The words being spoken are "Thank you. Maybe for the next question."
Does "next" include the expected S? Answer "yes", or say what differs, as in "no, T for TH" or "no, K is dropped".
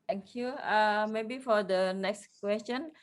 yes